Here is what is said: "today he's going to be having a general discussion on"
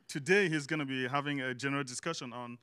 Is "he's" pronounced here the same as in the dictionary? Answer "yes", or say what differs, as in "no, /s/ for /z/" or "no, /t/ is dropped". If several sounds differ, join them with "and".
yes